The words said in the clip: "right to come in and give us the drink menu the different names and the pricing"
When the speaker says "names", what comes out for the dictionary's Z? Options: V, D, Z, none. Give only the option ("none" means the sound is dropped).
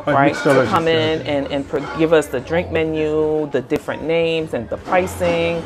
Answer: Z